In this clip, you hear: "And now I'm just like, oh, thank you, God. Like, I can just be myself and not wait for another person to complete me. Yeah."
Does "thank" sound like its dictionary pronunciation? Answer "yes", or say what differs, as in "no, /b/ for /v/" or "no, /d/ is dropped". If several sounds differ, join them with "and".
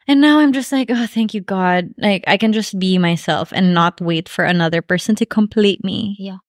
yes